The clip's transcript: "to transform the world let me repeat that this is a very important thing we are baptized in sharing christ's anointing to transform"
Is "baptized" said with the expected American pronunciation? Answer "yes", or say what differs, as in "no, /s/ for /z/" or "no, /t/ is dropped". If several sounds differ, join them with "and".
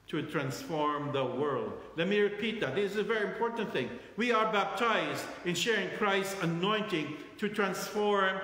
yes